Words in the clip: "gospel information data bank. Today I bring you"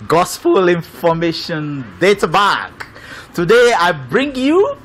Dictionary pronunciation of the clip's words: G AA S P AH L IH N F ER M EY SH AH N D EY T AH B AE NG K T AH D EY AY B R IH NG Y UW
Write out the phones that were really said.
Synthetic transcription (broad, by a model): G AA S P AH L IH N F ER M EY SH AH N D EY T AH B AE K T AH D EY AY B R IH NG Y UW